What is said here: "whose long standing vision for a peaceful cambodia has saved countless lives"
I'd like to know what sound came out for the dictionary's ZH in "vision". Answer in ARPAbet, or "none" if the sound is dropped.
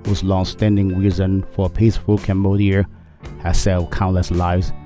Z